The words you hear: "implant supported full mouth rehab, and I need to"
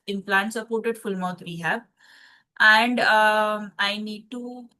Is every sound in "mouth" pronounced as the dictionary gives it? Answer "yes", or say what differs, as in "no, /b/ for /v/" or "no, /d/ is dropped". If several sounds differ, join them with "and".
no, /t/ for /θ/